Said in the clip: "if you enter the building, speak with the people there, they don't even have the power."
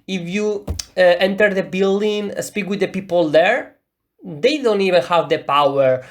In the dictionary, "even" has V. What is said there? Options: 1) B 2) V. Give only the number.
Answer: 2